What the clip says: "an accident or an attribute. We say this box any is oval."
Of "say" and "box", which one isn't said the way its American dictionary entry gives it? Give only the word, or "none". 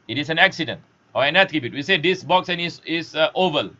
none